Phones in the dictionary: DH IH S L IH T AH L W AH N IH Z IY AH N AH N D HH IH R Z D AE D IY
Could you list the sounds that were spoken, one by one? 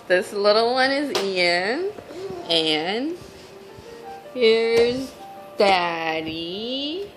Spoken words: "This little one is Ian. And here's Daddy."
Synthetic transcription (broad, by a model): DH IH S L IH T L W AH N IH Z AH N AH N HH IH R Z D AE D IY